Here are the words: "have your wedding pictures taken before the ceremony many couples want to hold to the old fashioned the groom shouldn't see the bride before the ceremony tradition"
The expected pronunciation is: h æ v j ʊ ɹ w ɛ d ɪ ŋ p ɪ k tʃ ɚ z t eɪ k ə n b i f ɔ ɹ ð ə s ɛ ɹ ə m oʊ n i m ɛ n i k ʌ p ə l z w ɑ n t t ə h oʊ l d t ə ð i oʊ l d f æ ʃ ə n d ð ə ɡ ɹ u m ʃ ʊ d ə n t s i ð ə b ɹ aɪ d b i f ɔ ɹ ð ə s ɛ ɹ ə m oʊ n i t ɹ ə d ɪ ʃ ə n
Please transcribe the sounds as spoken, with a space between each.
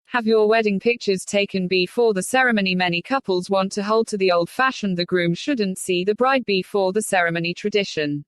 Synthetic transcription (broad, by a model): h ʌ v j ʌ w ɛ d ɪ ŋ p ɪ k tʃ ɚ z t eɪ k ə n b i f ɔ ð ə s ɛ ɹ ə m oʊ n i m ɛ n i k ʌ p ə l z w ɑ n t t ə h oʊ l d t ə ð i oʊ l d f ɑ ʃ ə n ð ə ɡ ɹ u m ʃ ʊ d n t s i ð ə b ɹ aɪ d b i f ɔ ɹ ð ə s ɛ ɹ ə m oʊ n i t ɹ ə d ɪ ʃ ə n